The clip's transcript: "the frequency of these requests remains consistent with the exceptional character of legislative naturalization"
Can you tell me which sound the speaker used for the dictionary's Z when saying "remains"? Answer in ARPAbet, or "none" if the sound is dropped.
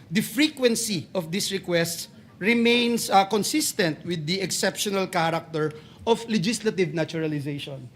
S